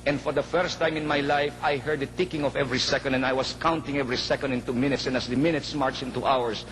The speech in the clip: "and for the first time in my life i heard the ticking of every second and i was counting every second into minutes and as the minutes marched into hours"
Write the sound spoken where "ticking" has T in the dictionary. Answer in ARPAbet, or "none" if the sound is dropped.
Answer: T